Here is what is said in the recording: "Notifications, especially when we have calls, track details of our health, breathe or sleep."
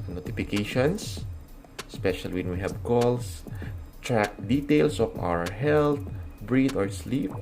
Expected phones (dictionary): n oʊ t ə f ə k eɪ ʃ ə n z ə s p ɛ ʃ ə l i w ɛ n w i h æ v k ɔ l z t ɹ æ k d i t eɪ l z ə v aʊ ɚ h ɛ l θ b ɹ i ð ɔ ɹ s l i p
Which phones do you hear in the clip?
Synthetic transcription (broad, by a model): n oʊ t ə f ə k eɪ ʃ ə n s s p ɛ ʃ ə l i w ɛ n w i h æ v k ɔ l s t ɹ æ k d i t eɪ l s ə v aʊ ɚ h ɛ l t b ɹ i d ɔ ɹ s l i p